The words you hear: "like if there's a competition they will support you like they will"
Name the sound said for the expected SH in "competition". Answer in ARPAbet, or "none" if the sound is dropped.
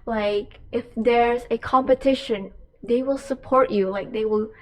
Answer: SH